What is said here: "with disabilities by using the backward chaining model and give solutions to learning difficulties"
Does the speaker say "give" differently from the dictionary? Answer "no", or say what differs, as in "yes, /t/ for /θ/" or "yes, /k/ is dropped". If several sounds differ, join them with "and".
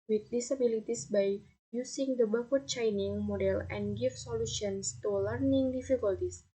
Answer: yes, /f/ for /v/